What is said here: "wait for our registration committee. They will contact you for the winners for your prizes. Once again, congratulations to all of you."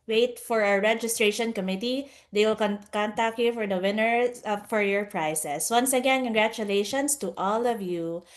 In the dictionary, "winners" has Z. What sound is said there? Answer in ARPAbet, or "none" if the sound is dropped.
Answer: none